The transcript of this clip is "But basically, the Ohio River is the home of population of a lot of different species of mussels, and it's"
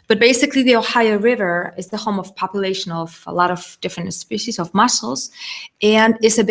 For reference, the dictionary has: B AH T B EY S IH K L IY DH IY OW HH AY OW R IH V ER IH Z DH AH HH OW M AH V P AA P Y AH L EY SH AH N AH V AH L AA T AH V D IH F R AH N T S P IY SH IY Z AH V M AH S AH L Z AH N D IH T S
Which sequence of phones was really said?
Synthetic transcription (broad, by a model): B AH T B EY S IH K L IY DH IY OW HH AY OW R IH V ER IH Z DH AH HH OW M AH V P AA P Y AH L EY SH AH N AH V AH L AA T AH V D IH F R AH N T S P IY SH IY Z AH V M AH S L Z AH N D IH T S